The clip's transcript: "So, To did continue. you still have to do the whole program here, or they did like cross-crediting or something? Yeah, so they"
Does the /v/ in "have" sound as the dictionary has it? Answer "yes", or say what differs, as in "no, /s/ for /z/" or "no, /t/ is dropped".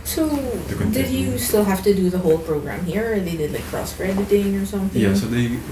no, /f/ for /v/